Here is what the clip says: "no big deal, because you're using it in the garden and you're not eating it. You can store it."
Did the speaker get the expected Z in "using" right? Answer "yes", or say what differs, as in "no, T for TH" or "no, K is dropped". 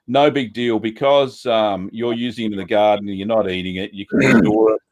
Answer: yes